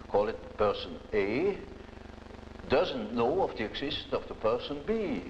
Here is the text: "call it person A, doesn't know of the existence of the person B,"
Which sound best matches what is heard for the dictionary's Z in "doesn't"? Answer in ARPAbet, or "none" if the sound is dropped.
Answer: Z